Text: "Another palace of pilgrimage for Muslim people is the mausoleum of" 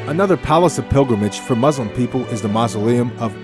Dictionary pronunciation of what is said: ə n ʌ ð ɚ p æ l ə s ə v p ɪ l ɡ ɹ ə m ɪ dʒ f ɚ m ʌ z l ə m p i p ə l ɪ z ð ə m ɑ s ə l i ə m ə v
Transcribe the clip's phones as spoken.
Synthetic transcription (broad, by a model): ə n ʌ ð ɚ p æ l ə s ə v p ɪ l ɡ ɹ ə m ɪ dʒ f ɚ m ʌ z l ə m p i p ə l ɪ z ð ə m ɑ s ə l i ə m ə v